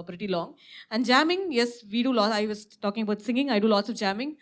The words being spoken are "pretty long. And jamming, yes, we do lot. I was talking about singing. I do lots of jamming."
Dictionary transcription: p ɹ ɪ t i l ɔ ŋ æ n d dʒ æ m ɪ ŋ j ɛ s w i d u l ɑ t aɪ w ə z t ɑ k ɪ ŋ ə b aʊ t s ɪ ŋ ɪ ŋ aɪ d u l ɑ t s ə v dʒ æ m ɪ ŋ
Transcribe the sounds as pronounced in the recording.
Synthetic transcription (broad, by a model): p ɹ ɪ t i l ɔ ŋ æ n d dʒ æ m ɪ ŋ j ɛ s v i d u l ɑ aɪ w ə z t ɑ k ɪ ŋ ə b aʊ t s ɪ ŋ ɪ ŋ aɪ d u l ɑ t s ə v dʒ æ m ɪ ŋ